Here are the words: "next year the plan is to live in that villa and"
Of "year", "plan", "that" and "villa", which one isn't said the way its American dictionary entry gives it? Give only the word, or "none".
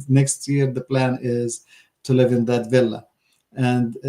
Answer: none